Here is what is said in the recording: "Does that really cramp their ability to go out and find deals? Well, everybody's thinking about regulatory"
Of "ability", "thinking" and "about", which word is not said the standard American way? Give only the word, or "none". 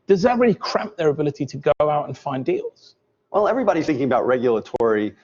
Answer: none